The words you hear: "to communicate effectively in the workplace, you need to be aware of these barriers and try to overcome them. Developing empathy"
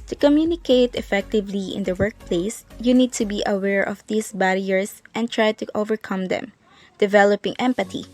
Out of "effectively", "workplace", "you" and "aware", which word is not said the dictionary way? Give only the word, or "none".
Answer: none